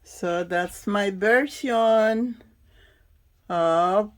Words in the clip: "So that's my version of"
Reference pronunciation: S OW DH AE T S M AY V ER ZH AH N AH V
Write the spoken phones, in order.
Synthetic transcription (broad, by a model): S OW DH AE T S M AY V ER S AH N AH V